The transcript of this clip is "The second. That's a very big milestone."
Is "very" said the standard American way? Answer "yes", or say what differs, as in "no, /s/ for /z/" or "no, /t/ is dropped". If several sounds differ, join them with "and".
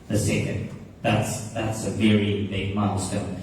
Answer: yes